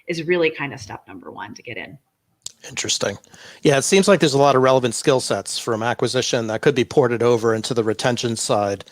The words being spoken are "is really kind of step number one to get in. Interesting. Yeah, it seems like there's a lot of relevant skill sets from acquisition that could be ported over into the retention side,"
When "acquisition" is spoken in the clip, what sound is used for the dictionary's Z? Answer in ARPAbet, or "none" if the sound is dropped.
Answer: Z